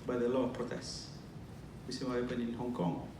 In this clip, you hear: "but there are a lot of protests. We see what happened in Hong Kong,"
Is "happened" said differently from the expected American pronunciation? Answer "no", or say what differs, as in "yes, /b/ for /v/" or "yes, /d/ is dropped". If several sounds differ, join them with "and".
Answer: yes, /d/ is dropped